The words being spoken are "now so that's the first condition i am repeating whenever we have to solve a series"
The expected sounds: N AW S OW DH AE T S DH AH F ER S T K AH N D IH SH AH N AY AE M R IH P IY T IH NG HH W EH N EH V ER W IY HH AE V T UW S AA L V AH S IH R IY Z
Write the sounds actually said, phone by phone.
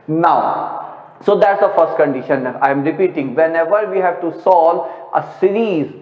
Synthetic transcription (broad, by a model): N AW S OW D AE T S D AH F ER S T K AH N D IH SH AH N AY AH M R IH P IY T IH NG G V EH N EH V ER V IY HH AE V T UW S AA L AH S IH R IY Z